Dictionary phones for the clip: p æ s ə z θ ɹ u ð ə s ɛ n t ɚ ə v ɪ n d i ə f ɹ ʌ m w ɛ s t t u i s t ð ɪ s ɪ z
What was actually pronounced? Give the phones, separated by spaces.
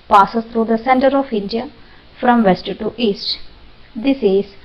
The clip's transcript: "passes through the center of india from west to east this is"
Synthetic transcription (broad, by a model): p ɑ s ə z t ɹ u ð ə s ɛ n t ɚ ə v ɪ n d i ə f ɹ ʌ m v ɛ s t t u i s t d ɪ s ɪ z